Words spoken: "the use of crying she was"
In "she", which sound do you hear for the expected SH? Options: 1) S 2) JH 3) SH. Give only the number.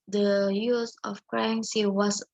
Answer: 1